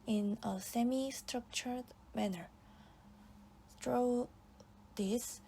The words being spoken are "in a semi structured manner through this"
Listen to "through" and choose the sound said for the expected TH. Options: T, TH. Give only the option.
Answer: T